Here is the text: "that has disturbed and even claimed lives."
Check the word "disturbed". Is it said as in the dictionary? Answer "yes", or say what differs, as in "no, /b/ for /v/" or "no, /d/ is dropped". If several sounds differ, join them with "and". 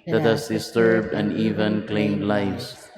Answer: yes